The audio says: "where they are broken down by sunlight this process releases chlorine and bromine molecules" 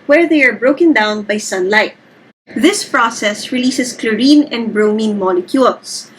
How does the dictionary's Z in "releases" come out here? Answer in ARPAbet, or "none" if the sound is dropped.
S